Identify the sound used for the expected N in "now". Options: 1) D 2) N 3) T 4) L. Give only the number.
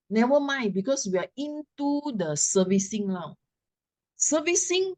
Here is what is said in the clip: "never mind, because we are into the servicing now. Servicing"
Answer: 4